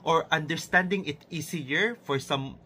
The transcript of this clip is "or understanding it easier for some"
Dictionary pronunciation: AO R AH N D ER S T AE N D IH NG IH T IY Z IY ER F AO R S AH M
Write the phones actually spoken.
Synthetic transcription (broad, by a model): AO R AH N D ER S T AE N D IH NG IH T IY S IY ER F AO R S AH M